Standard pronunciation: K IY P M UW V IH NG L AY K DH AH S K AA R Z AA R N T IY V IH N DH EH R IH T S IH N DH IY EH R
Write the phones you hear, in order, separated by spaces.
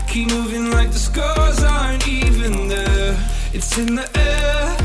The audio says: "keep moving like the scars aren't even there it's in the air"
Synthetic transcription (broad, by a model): K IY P M UW V IH NG L AY K DH AH S K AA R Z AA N IY V IH N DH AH IH T S IH N DH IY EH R